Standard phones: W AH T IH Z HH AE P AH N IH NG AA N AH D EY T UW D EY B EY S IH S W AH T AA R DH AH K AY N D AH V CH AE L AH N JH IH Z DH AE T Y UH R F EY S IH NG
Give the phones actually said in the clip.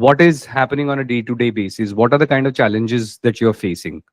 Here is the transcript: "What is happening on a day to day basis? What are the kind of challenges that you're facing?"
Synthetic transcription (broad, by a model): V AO T IH Z HH AE P AH N IH NG AA N AH D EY T UW D EY B EY S IH S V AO T AA R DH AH K AY N D AH V CH AE L AH N JH IH Z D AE T Y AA R F EY S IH NG